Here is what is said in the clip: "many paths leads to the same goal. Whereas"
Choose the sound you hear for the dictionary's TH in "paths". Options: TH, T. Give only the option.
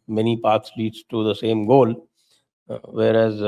T